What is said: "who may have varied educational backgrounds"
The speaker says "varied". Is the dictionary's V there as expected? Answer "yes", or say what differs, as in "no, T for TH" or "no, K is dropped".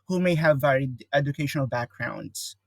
yes